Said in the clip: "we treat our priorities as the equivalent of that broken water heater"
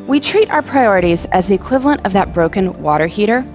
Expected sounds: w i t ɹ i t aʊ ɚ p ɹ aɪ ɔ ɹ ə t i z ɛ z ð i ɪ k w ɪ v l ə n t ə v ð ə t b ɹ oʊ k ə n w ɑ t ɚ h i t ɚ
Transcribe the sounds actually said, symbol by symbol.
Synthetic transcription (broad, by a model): w i t ɹ i t aʊ ɚ p ɹ aɪ ɔ ɹ ə t i z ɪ z ð i ɪ k w ɪ v l ə n t ə v ð ə t b ɹ oʊ k ə n w ɑ t ɚ h i t ɚ